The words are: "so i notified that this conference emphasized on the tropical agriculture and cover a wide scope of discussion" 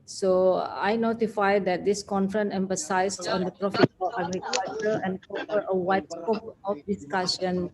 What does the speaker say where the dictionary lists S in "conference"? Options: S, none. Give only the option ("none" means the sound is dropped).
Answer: none